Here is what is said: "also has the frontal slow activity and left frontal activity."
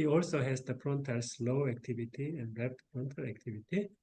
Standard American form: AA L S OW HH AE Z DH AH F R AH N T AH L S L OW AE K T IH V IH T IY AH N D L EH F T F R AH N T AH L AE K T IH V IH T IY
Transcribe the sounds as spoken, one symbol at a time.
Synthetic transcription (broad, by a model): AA L S OW HH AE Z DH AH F R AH N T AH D S L OW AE K T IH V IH T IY AH N D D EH P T P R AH N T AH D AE K T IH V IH T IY